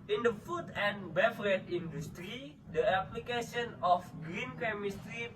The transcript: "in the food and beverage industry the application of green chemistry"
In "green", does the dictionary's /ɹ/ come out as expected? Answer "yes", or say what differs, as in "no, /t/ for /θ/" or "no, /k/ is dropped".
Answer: yes